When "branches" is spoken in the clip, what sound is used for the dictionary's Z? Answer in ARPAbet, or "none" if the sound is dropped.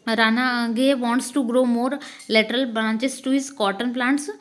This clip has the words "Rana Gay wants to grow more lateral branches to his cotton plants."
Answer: S